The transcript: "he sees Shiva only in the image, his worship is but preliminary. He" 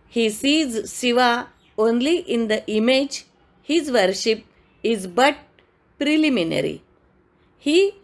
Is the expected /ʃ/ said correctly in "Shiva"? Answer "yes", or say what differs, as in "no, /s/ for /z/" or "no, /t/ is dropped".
no, /s/ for /ʃ/